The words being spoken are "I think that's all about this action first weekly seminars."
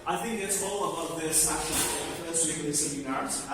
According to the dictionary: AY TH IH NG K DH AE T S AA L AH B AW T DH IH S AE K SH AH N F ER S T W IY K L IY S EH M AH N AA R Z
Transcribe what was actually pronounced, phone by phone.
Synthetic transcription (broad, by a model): AY TH IH NG K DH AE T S AA L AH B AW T DH IH S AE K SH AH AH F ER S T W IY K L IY S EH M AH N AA R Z